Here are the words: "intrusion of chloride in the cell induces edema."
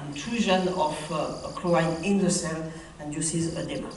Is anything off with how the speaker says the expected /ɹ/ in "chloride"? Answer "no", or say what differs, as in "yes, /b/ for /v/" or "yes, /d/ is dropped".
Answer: yes, /ɹ/ is dropped